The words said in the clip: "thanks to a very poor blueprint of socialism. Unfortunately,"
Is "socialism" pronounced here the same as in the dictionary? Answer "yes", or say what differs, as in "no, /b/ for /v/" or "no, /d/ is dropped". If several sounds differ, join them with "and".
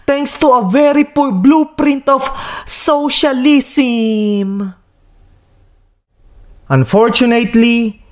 no, /s/ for /z/